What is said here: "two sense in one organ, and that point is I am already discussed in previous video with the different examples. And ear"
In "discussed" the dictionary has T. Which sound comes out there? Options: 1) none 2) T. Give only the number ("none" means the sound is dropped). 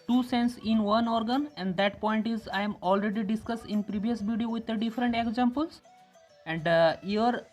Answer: 2